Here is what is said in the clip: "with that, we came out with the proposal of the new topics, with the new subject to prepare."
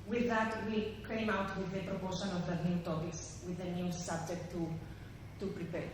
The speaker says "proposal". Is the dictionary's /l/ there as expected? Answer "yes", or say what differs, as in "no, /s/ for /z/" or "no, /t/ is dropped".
no, /n/ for /l/